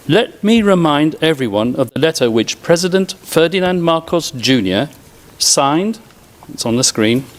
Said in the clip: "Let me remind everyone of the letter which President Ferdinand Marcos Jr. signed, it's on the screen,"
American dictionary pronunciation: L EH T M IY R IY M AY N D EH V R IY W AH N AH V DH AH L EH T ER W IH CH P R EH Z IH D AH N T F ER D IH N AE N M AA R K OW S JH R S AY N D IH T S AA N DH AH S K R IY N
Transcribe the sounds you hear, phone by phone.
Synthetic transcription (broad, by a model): L EH T M IY R IY M AY N D EH V R IY W AH N AH V DH AH L EH T ER W IH CH P R EH Z IH D AH N T F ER D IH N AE N M AA R K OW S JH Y S AY N D IH T S N DH AH S K R IY N